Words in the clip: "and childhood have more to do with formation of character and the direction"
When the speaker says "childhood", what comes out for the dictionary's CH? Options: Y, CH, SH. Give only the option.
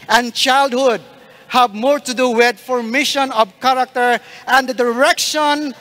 CH